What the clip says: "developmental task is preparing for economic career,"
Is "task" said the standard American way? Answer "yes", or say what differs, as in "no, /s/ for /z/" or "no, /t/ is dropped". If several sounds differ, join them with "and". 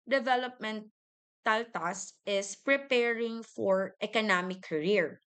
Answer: no, /k/ is dropped